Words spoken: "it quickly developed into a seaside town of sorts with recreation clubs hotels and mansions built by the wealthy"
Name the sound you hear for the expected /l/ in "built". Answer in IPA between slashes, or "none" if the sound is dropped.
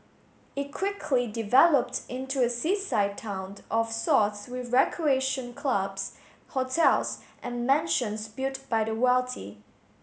none